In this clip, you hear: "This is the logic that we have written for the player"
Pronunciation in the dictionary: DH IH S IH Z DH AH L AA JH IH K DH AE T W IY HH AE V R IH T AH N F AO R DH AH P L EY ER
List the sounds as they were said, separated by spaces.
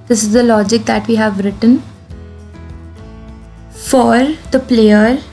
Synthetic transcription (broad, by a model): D IH S IH Z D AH L AA JH IH K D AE T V IY HH AE V R IH T AH N F AO R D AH P L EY ER